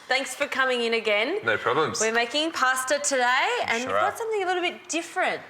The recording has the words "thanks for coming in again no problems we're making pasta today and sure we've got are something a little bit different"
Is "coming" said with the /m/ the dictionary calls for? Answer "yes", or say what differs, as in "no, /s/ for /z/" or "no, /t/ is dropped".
yes